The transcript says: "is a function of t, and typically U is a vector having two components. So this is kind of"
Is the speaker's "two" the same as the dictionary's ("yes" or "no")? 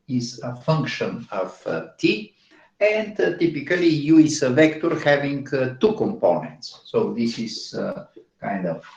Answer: yes